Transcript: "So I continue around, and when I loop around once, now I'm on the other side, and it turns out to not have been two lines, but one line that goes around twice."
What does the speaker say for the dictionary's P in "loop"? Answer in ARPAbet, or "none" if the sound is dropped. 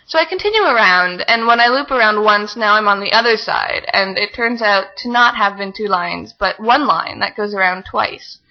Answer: P